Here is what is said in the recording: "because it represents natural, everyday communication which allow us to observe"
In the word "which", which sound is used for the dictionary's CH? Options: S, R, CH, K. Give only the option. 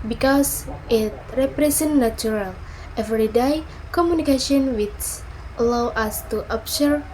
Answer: S